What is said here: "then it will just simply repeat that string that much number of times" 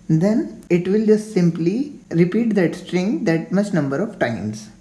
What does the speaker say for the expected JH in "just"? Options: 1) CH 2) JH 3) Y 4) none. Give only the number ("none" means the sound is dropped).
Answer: 2